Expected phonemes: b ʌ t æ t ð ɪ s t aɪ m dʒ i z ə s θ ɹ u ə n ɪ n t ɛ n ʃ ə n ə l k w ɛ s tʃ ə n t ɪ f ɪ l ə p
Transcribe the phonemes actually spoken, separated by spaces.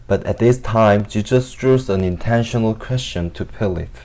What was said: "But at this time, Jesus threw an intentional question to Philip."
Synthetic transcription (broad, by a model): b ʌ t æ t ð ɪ s t aɪ m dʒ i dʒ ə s t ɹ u ə n ɪ n t ɛ n ʃ ə n ə l k w ɛ s tʃ ə n t ɪ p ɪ l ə